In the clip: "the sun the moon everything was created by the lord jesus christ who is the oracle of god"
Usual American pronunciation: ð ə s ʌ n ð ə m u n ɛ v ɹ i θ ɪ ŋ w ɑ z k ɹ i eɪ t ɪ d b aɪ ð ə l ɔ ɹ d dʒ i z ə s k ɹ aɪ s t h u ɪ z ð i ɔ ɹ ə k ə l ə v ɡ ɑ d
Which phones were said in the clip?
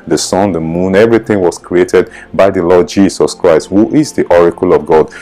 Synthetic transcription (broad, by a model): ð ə s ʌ n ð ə m u n ɛ v ɹ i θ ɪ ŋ w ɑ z k ɹ i eɪ t ɪ d b aɪ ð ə l ɔ d dʒ i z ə s k ɹ aɪ s t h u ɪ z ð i ɔ ɹ ə k ə l ə v ɡ ɑ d